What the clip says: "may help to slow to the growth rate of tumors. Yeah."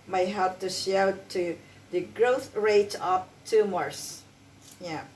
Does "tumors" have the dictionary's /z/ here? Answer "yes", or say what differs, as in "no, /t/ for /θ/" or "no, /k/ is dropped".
no, /s/ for /z/